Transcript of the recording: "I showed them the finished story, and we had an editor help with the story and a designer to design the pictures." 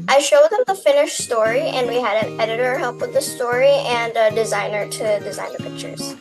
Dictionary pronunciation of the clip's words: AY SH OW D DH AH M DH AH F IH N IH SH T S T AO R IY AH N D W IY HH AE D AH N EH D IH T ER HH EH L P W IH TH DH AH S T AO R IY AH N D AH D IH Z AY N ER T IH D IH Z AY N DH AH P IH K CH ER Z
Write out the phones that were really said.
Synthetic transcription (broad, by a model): AY SH OW D DH AH M DH AH F IH N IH SH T S T AO R IY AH N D W IY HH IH D AH N EH D IH T ER HH EH L P W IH DH AH S T AO R IY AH N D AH D IH Z AY N ER T IH D IH Z AY N DH AH P IH K CH ER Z